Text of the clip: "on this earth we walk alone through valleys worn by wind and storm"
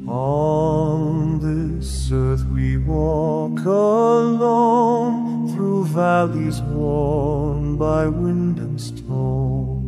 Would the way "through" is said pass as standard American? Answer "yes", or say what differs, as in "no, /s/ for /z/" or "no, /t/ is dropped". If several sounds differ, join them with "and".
yes